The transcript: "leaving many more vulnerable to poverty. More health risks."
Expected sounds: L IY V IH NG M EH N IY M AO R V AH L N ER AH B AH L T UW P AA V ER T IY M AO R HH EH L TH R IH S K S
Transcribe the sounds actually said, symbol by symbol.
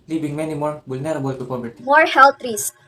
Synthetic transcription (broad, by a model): L IY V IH NG M EH N IY M AO R B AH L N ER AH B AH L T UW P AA B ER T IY M AO R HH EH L T R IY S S